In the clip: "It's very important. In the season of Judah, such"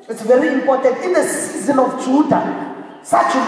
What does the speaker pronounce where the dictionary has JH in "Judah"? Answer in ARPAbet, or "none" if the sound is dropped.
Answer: CH